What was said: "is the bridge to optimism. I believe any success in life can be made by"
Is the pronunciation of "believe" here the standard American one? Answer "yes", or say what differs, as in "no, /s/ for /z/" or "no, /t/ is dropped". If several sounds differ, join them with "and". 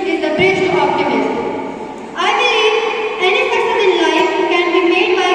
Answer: no, /v/ is dropped